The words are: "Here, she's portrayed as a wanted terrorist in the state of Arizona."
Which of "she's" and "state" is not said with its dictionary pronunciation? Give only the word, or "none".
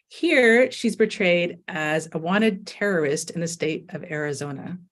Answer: none